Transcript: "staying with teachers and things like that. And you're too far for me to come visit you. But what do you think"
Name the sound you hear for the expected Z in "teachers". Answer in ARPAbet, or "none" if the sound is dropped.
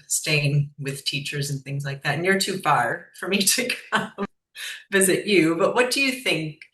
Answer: Z